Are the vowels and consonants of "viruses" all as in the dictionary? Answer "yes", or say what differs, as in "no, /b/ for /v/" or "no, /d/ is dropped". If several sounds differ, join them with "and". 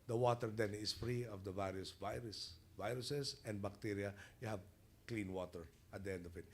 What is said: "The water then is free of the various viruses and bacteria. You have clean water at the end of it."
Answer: no, /s/ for /z/